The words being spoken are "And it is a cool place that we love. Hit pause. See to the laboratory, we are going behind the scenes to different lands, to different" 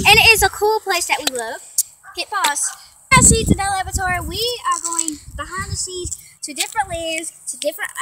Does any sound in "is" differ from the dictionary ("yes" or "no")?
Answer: no